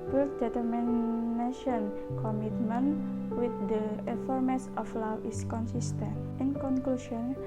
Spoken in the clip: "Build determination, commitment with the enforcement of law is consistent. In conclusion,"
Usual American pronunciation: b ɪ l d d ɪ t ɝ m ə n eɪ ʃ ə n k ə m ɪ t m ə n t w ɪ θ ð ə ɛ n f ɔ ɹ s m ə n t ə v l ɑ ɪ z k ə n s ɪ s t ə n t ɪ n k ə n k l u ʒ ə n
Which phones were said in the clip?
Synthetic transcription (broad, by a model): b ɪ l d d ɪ t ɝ m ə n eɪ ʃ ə n k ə m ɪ t m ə n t w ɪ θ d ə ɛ f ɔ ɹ m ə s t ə f l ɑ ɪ s k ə n s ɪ s t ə n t ɪ n k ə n k l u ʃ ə n